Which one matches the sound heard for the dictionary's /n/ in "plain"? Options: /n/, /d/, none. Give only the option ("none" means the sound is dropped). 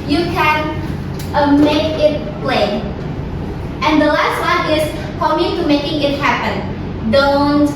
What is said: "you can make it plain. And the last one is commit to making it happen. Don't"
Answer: none